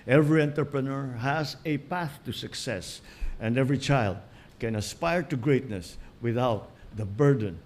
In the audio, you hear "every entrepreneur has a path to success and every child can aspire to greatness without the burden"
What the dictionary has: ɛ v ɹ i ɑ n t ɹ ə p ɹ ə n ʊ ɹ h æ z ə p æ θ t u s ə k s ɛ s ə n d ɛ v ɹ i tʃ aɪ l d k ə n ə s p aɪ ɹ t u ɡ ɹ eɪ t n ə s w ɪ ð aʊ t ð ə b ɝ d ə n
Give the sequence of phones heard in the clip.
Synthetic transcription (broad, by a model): ɛ v ɹ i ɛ n t ɹ p ɹ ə n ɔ ɹ h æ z ə p æ θ t u s ə k s ɛ s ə n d ɛ v ɹ i tʃ aɪ l d k ə n ə s p aɪ ɹ t u ɡ ɹ eɪ t n ə s w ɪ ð aʊ t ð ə b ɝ d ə n